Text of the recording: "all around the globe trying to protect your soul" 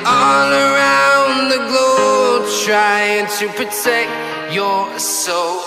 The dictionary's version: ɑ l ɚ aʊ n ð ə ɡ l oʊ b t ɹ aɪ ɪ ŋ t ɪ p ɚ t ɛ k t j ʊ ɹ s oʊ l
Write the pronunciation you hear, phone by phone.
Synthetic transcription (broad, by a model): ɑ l ɚ aʊ n ð ə ɡ l oʊ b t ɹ aɪ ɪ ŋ t ɪ p ɚ t ɛ k t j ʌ ɹ s oʊ l